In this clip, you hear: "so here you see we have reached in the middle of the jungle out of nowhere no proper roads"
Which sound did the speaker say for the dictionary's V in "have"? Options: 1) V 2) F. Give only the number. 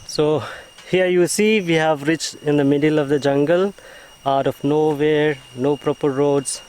1